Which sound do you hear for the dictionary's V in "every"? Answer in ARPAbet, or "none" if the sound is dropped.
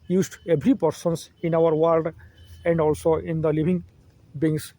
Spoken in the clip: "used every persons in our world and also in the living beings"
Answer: B